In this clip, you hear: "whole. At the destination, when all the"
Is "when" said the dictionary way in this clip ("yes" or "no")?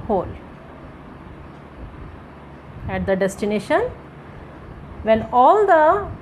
no